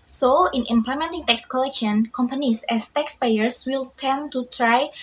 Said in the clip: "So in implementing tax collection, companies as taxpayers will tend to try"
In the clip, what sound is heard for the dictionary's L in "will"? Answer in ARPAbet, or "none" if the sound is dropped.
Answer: L